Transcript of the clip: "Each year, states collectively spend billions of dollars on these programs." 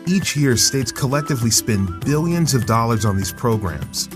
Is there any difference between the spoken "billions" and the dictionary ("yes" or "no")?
no